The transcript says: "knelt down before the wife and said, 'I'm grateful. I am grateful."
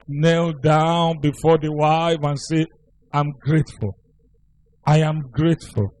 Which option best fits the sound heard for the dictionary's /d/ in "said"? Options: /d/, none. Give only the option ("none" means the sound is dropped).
none